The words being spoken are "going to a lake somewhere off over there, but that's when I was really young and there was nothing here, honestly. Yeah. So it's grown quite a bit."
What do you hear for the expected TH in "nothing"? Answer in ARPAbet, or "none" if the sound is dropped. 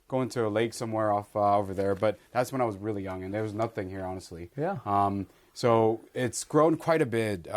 TH